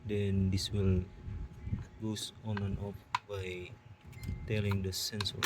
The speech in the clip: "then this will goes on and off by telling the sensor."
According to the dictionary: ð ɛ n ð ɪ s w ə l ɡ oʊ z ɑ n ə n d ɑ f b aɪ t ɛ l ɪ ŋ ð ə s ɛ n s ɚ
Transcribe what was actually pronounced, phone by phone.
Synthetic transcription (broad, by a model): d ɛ n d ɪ s w ə l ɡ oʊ s ɑ n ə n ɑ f b aɪ t ɛ l ɪ ŋ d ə s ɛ n s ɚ